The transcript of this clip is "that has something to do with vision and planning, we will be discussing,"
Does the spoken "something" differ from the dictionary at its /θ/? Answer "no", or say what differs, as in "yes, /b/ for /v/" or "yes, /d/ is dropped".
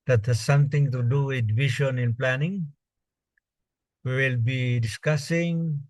yes, /t/ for /θ/